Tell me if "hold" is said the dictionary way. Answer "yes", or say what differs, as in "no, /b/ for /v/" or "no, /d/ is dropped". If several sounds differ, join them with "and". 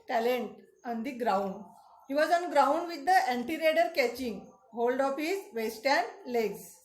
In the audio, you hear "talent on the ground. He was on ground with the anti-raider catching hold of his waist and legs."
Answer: yes